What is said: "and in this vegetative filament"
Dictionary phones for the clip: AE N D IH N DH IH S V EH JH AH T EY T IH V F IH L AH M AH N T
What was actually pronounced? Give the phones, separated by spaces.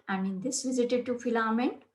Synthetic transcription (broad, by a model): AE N D IH N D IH S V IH Z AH T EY T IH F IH L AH M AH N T